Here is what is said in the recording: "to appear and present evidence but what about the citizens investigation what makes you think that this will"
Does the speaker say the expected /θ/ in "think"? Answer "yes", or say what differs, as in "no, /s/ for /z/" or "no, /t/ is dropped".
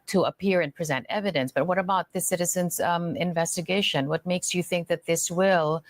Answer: yes